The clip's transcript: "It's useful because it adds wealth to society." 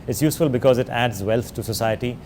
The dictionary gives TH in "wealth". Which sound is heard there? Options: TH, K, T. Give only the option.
T